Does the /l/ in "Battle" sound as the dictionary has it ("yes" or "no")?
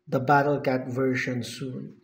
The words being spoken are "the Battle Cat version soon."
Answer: yes